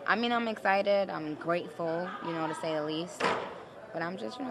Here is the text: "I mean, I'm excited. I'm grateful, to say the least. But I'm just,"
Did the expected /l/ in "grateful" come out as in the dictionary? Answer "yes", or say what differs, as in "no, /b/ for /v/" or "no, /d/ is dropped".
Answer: no, /n/ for /l/